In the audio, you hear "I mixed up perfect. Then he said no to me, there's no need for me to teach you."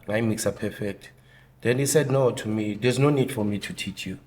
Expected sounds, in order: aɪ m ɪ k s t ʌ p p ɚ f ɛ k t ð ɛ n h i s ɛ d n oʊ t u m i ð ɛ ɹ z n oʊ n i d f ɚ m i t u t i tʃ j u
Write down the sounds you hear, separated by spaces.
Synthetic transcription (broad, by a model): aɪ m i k s ɑ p p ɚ f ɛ k t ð ɛ n h i s ɛ d n oʊ t u m i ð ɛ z n oʊ n i d f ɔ m i t u t i tʃ j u